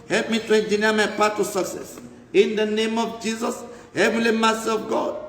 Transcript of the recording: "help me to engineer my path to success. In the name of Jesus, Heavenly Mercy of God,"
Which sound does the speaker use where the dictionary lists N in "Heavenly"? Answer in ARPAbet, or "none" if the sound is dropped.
none